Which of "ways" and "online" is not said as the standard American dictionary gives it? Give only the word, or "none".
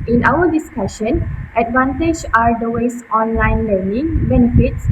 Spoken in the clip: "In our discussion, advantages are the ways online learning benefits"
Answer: ways